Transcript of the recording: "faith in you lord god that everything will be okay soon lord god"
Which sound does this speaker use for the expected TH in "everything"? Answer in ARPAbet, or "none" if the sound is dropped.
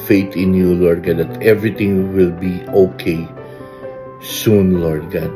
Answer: T